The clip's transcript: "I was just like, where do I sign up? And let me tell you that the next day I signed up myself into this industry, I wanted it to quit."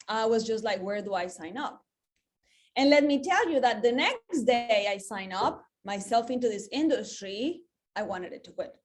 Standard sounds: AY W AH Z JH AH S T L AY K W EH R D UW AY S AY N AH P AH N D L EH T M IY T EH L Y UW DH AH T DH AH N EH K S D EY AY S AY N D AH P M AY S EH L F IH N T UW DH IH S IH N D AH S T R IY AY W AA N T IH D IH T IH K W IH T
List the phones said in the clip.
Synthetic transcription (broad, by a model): AY W AH Z JH AH S T L AY K W EH R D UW AY S AY N AH P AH N L EH T M IY T EH L Y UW DH AH T DH AH N EH K S D EY AY S AY N AH P M AY S EH L F IH N T UW DH IH S IH N D AH S T R IY AY W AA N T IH D IH T IH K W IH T